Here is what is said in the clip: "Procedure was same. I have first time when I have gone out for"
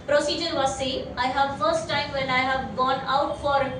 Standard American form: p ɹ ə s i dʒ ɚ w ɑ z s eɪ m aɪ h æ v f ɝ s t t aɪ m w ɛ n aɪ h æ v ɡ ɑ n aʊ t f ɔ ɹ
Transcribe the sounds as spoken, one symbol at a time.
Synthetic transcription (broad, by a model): p ɹ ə s i dʒ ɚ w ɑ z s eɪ aɪ h æ v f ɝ s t t aɪ m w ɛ n aɪ h æ v ɡ ɑ n aʊ t f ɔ ɹ